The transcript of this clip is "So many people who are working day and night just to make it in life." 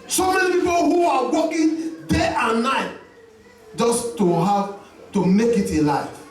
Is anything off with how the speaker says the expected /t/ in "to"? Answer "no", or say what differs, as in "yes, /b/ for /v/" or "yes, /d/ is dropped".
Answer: no